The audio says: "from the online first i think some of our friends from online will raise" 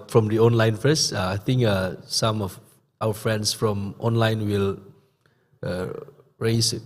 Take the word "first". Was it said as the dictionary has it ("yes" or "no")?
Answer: no